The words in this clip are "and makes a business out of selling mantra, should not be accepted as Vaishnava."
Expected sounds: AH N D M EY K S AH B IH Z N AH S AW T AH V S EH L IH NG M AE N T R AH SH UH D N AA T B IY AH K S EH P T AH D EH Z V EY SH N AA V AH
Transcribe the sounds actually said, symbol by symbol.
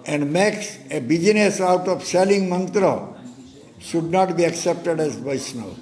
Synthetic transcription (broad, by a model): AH N D M EY K S AH B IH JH N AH S AW T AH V S EH L IH NG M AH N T R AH SH UH D N AA T B IY AH K S EH P T AH D EH Z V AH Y N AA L